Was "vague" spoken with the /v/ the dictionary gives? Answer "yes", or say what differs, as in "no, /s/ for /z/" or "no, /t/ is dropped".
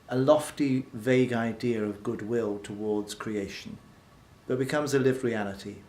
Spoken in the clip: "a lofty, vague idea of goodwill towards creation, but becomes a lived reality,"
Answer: yes